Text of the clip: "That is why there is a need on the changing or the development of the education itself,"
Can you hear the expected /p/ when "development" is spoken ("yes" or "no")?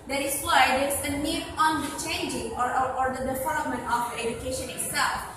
no